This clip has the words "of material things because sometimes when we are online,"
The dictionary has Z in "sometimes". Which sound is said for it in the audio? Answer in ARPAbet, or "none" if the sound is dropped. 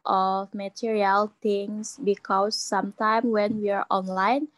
none